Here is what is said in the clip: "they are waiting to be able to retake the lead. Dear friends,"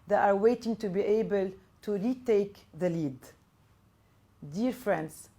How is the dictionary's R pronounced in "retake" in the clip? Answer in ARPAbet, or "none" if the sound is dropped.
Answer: R